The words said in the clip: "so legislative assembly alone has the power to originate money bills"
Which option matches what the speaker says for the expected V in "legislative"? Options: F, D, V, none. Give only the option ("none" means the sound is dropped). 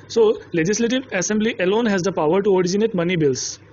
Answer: V